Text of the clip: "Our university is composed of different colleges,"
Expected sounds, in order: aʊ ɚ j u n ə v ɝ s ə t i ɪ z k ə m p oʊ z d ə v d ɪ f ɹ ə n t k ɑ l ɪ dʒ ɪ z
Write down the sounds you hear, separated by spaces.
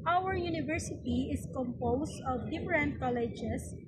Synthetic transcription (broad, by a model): aʊ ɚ j u n ə v ɝ s ə t i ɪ s k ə m p oʊ s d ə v d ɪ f ɹ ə n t k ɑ l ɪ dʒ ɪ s